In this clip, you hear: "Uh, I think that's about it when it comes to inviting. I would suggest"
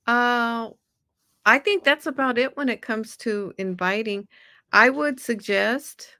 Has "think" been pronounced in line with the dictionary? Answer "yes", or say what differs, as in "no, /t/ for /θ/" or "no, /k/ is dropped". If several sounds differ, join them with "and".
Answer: yes